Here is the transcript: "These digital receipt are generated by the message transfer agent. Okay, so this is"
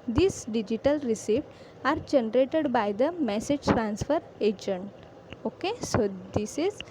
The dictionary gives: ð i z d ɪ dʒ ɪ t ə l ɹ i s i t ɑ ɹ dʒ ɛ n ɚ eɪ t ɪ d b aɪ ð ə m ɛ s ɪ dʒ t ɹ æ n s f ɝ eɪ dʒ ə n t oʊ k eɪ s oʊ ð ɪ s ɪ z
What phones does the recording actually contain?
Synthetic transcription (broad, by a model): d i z d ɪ dʒ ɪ t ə l ɹ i s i t ɑ ɹ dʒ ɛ n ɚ eɪ t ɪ d b aɪ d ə m ɛ s ɪ dʒ t ɹ æ n s f ɝ eɪ dʒ ə n t oʊ k eɪ s oʊ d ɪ s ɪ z